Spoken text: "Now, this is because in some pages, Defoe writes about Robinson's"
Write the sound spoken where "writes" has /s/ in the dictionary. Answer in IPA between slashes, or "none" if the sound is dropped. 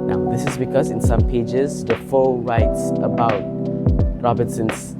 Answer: /s/